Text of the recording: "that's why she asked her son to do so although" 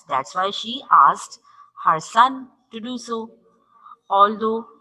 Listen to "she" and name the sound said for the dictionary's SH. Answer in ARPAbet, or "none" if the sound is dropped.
SH